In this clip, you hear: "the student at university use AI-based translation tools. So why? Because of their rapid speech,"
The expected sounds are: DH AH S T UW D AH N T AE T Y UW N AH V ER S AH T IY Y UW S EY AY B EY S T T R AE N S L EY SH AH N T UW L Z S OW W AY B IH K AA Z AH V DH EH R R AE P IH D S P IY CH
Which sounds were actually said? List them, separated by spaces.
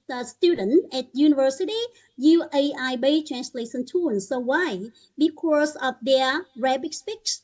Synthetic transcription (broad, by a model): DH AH S T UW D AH N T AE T Y UW N AH V ER S AH T IY Y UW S EY AY B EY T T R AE N S L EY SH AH N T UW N S OW W AY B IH K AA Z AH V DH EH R R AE B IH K S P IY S